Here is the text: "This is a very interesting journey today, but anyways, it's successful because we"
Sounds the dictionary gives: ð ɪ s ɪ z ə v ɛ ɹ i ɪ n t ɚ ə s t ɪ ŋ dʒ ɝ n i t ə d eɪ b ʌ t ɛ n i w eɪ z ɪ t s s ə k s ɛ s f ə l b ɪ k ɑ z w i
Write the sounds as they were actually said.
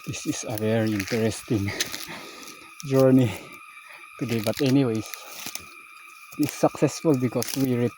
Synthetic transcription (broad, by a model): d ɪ s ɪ s ə v ɛ ɹ i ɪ n t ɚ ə s t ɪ ŋ dʒ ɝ n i t ə d eɪ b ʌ t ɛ n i w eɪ s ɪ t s s ə k s ɛ s f ə l b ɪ k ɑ s w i